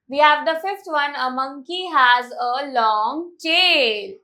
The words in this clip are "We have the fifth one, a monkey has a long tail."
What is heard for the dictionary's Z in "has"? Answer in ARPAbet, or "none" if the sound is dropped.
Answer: Z